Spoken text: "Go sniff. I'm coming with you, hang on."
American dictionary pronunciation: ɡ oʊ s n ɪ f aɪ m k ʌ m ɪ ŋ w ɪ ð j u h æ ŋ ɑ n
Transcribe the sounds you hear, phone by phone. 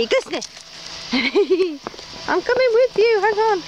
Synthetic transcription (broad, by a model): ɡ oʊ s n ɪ aɪ m k ʌ m ɪ ŋ w ɪ ð j u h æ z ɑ n